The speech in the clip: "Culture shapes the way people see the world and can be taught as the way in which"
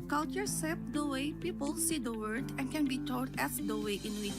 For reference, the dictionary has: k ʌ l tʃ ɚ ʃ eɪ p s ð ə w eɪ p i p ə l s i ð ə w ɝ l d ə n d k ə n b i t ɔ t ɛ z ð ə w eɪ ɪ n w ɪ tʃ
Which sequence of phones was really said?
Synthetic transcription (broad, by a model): k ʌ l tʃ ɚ s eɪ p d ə w eɪ p i p ə l s i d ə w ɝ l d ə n k ə n b i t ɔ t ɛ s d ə w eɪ ɪ n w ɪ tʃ